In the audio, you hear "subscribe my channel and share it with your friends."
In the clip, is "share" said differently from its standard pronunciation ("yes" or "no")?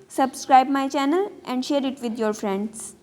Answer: no